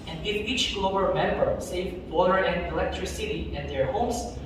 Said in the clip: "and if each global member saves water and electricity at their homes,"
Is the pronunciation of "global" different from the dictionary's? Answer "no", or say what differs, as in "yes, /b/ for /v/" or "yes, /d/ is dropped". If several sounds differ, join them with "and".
yes, /b/ is dropped